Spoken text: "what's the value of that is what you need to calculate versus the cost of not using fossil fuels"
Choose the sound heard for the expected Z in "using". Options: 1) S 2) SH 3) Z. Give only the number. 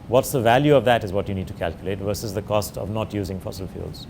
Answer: 3